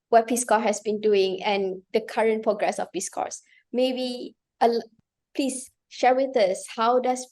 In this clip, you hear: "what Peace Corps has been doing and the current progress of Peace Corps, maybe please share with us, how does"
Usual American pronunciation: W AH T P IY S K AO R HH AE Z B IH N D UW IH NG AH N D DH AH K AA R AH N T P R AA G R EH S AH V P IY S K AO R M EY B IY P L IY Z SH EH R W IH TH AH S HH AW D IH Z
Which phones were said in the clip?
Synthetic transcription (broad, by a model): W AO T P IY S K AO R HH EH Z B IH N D UW IH NG AH N D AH K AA R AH N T P R AA G R EH S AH F P IY S K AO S M EY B IY P L IY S SH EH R W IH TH AH S HH AW D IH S